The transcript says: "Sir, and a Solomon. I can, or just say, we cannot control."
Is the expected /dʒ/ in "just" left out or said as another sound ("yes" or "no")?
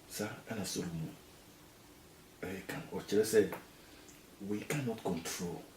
yes